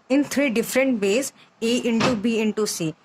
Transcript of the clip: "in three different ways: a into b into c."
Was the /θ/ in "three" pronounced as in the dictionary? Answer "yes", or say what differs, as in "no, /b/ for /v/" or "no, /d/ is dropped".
no, /t/ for /θ/